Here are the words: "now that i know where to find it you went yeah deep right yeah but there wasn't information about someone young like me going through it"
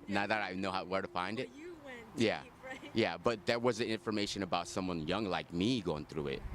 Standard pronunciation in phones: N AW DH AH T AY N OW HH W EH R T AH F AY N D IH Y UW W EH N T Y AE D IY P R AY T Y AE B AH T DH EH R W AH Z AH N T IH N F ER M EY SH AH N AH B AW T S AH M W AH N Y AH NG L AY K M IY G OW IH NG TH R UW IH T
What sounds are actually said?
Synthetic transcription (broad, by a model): N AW DH AH T AY N OW HH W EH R T AH F AY N D IH T Y AE Y AE B AH T DH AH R W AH Z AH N IH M F ER M EY SH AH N AH B AW T S AH M W AH N Y AH NG L AY K M IY G OW IH NG TH R UW IH T